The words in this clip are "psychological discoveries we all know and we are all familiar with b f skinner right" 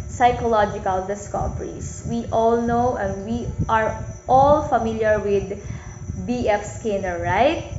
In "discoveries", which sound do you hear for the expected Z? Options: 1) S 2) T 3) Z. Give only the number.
1